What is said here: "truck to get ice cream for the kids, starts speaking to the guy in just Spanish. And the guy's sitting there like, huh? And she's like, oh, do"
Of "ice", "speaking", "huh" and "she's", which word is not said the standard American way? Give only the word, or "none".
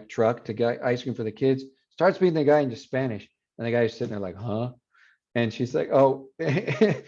speaking